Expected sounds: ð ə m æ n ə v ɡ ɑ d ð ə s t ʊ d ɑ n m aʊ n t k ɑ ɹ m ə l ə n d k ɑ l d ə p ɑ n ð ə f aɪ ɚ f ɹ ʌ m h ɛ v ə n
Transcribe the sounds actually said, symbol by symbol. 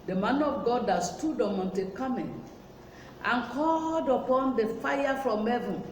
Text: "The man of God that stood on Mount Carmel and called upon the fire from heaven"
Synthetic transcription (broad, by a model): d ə m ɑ n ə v ɡ ɑ d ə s t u d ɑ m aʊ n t k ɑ m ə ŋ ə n k ɑ l d ə p ɑ n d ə f aɪ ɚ f ɹ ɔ m h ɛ v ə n